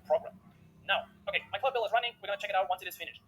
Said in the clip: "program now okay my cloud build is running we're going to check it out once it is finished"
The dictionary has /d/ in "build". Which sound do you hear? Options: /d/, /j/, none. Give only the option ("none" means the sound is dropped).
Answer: none